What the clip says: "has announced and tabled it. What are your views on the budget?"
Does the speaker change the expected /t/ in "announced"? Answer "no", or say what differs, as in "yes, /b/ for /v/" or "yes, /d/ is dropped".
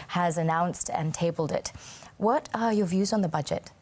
no